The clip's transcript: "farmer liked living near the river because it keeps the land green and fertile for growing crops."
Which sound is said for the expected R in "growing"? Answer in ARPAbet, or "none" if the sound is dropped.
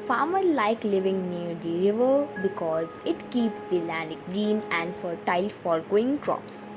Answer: none